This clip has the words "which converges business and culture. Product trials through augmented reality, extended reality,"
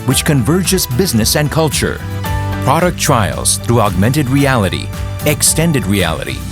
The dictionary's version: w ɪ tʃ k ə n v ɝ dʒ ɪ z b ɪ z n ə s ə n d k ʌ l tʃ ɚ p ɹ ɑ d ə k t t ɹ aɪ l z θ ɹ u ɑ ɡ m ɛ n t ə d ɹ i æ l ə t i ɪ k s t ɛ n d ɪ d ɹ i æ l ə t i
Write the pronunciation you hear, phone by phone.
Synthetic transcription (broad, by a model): w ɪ tʃ k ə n v ɝ dʒ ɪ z b ɪ z n ə s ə n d k ʌ l tʃ ɚ p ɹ ɑ d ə k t t ɹ aɪ l z θ ɹ u ɑ ɡ m ɛ n t ə d ɹ i æ l ə t i ɪ k s t ɛ n d ɪ d ɹ i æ l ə t i